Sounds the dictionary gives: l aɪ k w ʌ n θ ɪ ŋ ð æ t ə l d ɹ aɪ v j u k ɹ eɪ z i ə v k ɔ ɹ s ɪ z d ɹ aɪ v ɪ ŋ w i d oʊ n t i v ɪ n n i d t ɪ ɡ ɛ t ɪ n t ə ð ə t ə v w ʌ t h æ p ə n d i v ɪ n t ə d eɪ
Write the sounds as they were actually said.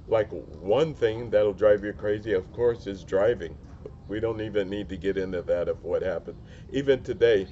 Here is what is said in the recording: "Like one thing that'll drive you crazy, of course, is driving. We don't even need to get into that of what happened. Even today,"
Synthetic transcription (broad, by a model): l aɪ k w ʌ n θ ɪ ŋ ð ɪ t l d ɹ aɪ v j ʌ k ɹ eɪ z i ə v k ɔ ɹ s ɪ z d ɹ aɪ v ɪ ŋ w i d oʊ n t i v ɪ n n i d t ɪ ɡ ɛ t ɪ n t ə ð ə t ə v w ʌ t h æ p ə n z i v ɪ n t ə d eɪ